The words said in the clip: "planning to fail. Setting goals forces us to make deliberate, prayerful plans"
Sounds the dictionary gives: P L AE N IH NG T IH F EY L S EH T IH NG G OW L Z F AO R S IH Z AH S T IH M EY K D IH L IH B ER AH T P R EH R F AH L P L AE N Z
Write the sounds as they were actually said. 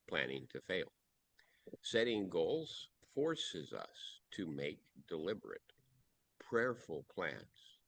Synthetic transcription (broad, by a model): P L AE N IH NG T IH F EY L S EH T IH NG G OW L Z F AO R S IH Z AH S T IH M EY K D IH L IH B ER AH T P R EH R F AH L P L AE N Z